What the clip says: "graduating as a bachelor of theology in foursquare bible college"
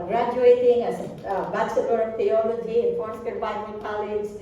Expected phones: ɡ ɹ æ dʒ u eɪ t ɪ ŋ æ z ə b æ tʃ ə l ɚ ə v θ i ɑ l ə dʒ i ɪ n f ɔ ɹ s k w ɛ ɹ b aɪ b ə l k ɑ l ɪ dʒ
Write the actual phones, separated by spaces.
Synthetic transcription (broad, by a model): ɡ ɹ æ dʒ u eɪ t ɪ ŋ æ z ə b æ s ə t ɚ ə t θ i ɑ l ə dʒ i ɪ n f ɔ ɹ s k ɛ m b aɪ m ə n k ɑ l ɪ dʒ